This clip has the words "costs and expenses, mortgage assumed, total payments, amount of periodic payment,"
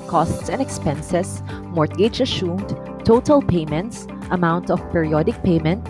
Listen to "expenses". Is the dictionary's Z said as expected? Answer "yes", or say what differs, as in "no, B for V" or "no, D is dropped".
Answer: no, S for Z